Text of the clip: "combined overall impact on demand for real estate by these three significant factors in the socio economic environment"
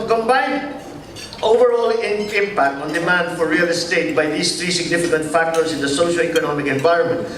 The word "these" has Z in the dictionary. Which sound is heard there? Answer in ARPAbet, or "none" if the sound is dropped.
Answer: S